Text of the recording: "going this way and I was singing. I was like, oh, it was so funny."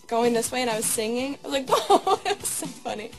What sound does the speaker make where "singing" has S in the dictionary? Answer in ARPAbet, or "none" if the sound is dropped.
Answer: S